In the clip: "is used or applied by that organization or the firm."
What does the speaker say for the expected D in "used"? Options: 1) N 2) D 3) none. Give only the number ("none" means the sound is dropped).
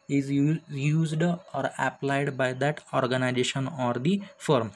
2